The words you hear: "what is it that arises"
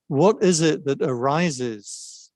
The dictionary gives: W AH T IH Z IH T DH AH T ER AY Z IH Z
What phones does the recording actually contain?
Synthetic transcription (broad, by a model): W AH T IH Z IH T DH AH T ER AY Z IH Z